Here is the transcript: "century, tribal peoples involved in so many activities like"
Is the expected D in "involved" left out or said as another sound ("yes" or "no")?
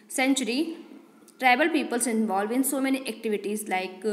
yes